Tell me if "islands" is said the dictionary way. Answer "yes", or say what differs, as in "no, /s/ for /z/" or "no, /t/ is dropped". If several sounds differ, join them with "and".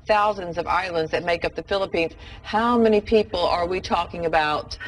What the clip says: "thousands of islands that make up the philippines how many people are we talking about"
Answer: yes